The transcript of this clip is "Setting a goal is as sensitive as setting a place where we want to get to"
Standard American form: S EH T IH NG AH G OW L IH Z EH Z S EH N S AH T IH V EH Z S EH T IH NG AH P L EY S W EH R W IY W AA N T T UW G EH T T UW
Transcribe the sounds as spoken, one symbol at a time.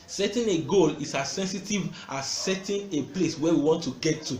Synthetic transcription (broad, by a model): S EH T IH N AH G OW L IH S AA S EH N S AH T IH V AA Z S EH T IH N AH P L EY S W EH W IY W AA N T T UW G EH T T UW